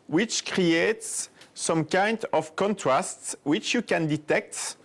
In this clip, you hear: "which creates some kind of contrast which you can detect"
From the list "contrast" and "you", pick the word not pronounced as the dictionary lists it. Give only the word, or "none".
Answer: none